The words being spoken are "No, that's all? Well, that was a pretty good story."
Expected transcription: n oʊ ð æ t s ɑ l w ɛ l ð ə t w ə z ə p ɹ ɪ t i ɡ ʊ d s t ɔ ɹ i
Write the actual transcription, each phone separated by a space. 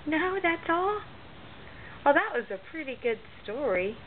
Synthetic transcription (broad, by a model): n oʊ ð æ t s ɑ l w ɛ l ð ə t w ə z ə p ɹ ɪ t i ɡ ʊ d s t ɔ ɹ i